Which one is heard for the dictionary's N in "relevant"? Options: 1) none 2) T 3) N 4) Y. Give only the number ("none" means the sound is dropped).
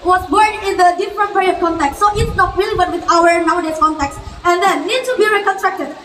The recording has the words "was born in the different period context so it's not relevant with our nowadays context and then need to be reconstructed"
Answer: 1